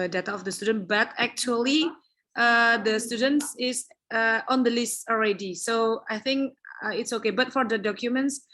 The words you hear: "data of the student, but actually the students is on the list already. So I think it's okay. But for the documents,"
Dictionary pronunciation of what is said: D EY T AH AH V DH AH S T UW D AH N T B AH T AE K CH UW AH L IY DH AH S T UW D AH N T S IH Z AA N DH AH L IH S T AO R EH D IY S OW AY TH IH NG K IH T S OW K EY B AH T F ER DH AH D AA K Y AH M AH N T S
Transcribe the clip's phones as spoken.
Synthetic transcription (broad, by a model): D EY T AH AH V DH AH S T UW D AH N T B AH T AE K CH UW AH L IY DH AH S T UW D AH N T S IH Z AA N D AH L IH S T AO R EH D IY S OW AY TH IH NG K IH T S OW K EY B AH T F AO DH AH D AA K Y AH M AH N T S